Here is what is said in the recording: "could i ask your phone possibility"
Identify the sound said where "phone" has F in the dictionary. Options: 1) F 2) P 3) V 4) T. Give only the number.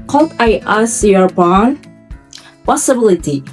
2